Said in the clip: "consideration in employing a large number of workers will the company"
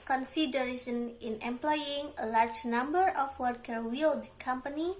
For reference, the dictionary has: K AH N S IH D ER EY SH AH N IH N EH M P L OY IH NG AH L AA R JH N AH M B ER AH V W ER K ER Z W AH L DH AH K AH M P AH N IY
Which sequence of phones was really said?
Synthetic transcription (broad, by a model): K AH N S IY D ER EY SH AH N IH N EH M P L OY IH NG AH L AA R JH N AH M B ER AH F W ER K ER W AH L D K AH M P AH N IY